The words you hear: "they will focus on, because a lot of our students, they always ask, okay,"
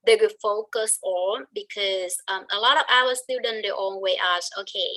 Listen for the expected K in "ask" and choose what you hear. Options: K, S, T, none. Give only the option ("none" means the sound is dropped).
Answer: none